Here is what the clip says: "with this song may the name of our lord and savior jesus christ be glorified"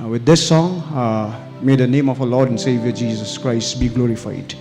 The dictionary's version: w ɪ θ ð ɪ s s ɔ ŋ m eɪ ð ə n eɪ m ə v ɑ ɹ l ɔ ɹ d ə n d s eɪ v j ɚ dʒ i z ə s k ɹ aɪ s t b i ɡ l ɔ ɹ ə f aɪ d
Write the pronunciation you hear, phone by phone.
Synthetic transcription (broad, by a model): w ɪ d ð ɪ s s ɔ ŋ m eɪ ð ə n eɪ m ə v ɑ l ɔ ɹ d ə n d s eɪ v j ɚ dʒ i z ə s k ɹ aɪ s t b i ɡ l ɔ ɹ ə f aɪ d